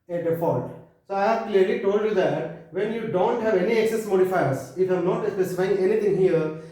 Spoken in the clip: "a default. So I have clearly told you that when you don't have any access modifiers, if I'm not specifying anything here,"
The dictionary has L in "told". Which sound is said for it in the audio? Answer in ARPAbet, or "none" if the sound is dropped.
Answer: L